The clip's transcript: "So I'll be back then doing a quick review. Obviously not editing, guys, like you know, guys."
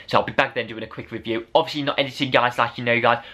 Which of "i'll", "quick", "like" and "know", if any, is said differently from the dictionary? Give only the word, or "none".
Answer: none